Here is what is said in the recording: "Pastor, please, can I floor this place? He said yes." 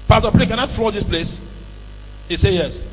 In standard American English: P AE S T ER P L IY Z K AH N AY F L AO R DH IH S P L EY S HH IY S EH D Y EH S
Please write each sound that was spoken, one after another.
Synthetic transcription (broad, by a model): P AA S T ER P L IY K AH N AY F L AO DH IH S P L EY S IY S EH Y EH S